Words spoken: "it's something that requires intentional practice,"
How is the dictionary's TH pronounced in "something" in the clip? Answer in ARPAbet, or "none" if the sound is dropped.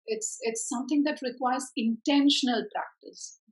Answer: T